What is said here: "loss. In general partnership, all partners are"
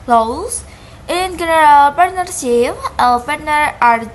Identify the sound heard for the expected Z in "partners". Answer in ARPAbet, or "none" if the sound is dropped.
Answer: none